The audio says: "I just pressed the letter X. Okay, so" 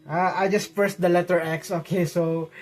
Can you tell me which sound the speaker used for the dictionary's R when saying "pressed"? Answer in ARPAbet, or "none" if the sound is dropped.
none